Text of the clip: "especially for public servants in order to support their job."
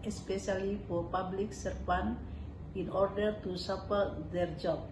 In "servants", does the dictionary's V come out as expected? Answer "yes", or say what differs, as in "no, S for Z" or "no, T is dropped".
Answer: no, F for V